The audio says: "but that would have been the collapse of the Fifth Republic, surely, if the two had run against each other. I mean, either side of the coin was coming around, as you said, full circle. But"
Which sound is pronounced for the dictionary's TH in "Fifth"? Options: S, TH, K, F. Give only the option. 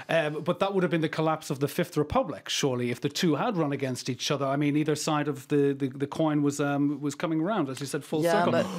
TH